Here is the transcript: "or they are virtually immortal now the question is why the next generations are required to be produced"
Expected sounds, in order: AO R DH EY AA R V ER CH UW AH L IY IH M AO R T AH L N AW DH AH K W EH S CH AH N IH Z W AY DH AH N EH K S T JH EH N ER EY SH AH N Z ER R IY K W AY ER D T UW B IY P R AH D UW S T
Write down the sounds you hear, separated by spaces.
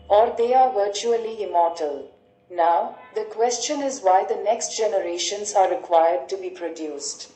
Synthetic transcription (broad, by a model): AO R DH EY AA R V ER CH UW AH L IY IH M AO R T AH L N AW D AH K W EH S CH AH N IH Z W AY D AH N EH K S T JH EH N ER EY SH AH N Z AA R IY K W AY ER D T UW B IY P R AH D UW S T